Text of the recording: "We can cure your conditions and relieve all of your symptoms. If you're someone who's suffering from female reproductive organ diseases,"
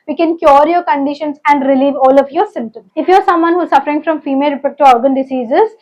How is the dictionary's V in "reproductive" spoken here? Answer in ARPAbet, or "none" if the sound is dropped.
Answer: none